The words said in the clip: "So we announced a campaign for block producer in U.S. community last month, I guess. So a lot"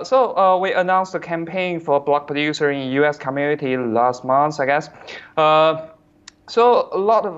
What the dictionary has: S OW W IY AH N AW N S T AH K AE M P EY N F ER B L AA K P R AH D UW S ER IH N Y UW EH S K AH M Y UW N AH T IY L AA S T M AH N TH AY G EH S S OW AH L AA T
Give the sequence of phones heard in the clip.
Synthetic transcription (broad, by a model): S OW W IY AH N AW N S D AH K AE M P EY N F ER B L AA K P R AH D UW S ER IH N Y UW EH S K AH M Y UW N AH T IY L AA S T M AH N S AY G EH S S OW AH L AA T